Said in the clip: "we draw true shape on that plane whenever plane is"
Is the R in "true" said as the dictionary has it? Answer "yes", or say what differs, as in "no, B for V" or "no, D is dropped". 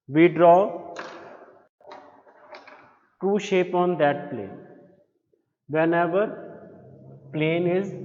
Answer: no, R is dropped